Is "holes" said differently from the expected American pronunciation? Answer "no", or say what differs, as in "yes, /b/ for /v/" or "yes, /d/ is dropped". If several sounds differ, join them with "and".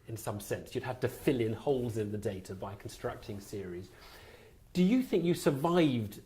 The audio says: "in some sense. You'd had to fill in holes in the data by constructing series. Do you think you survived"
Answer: no